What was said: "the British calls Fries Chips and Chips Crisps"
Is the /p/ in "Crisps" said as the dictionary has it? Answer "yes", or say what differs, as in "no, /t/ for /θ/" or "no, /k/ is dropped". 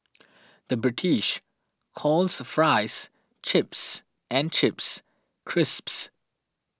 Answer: yes